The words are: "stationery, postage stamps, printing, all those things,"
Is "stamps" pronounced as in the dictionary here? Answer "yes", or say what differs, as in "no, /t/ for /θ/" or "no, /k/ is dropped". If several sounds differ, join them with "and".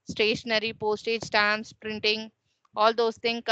no, /p/ is dropped